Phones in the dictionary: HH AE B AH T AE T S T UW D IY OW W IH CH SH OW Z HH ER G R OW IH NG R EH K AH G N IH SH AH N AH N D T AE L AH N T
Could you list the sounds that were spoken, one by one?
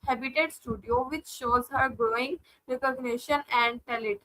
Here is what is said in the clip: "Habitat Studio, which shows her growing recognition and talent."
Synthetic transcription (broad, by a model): HH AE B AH T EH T S T UW D IY OW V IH CH SH OW Z HH ER G R OW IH NG R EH K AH G N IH SH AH N AH N D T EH L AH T